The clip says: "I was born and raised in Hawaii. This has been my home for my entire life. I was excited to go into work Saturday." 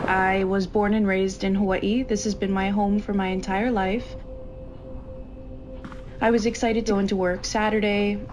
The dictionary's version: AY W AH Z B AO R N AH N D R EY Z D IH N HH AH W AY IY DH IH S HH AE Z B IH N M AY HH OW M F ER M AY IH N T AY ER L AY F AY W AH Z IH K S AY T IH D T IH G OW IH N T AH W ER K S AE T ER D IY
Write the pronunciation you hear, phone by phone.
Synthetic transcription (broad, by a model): AY W AH Z B AO R N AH N R EY Z D IH N HH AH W IY DH IH S HH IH Z B IH N M AY HH OW M F ER M AY IH N T AY ER L AY F AY W AH Z IH K S AY T IH D T IH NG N T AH W ER K S AE T ER D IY